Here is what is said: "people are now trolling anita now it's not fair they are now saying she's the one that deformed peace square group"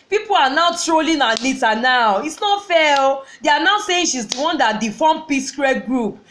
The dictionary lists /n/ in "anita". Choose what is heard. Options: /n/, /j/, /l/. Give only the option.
/l/